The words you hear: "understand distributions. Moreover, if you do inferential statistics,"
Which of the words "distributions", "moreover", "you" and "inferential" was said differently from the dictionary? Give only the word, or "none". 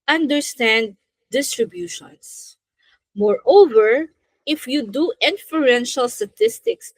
distributions